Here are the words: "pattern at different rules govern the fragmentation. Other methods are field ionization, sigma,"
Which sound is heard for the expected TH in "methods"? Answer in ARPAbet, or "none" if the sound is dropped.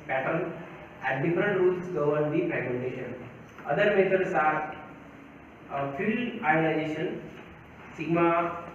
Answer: T